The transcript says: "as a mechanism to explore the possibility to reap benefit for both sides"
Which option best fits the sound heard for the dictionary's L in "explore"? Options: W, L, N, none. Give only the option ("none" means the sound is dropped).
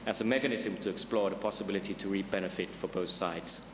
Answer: L